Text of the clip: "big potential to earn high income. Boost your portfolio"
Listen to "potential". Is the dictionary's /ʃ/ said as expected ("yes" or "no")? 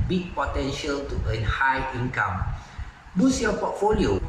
yes